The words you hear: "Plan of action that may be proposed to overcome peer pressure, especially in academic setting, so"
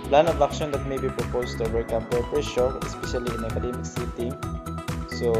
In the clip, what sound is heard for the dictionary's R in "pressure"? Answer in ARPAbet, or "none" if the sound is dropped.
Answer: none